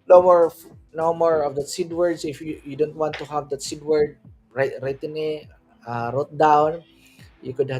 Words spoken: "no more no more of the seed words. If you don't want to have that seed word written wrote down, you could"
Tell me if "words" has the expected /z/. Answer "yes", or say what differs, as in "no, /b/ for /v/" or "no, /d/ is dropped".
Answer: no, /s/ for /z/